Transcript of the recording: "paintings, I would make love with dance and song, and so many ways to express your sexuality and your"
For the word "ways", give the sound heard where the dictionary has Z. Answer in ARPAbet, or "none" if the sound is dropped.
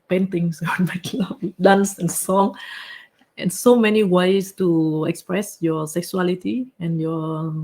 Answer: S